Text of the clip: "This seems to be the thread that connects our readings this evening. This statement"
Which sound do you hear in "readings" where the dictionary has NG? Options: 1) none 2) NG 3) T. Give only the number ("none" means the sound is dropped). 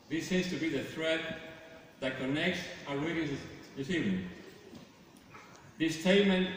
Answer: 1